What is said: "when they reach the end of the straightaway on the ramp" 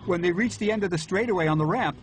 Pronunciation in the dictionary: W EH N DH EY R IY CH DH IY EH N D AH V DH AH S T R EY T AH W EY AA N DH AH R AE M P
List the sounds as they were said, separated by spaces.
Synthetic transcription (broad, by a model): W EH N DH EY R IY CH DH IY EH N D AH V DH AH S T R EY T AH W EY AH N DH AH R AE M P